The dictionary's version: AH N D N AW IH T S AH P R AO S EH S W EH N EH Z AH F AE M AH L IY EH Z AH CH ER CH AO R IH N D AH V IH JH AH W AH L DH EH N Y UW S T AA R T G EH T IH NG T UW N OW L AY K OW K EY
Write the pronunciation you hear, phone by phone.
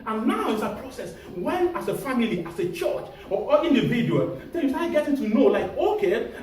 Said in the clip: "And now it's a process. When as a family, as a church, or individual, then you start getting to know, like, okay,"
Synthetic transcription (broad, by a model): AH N N AW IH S AH P R AO S EH S W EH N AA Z AH F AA M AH L IY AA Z AH CH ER CH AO L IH N D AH V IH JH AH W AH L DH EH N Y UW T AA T G EH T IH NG T UW N OW L AY K OW K EY